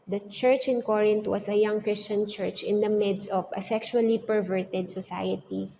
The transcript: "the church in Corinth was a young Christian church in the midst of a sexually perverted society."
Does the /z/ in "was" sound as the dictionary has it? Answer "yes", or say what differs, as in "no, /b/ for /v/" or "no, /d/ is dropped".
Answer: no, /s/ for /z/